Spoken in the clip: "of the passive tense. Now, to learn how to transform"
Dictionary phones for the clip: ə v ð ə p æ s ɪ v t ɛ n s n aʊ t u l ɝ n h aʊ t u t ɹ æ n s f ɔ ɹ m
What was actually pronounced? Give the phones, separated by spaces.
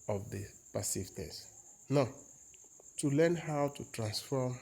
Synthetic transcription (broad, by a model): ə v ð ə p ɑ s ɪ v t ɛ s n aʊ t u l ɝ n h aʊ t u t ɹ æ n s f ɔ m